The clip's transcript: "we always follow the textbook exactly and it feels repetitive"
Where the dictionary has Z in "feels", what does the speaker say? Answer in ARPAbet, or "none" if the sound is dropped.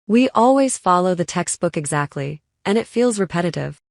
Z